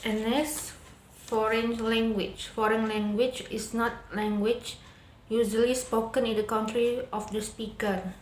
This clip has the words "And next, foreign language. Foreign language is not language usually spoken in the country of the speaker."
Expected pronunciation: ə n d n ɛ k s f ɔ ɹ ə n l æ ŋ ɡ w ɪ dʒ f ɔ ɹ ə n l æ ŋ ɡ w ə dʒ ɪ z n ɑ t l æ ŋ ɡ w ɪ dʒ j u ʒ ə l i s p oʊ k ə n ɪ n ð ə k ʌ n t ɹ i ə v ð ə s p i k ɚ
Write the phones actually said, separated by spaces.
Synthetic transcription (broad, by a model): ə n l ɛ s f ɔ ɹ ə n l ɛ ŋ ɡ w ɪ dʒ f ɔ ɹ ə n l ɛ ŋ ɡ w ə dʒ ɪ s n ɑ t l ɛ ŋ ɡ w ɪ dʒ j u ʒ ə l i s p oʊ k ə n ɪ n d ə k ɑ n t ɹ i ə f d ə s p i k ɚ